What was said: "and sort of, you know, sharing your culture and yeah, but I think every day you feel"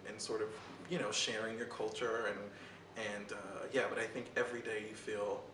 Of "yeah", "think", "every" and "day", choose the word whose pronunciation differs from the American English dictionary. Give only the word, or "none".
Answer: none